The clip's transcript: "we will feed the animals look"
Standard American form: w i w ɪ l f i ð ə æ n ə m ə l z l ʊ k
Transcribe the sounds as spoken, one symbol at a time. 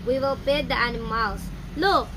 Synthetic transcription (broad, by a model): w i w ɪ l p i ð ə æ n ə m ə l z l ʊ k